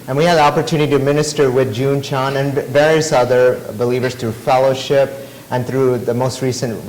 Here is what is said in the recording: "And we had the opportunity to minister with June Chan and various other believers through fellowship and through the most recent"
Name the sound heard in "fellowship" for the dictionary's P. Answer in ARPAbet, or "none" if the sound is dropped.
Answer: P